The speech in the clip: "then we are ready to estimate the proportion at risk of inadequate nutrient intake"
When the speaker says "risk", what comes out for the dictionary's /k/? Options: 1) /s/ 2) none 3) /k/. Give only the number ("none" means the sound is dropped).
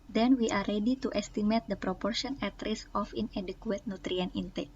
2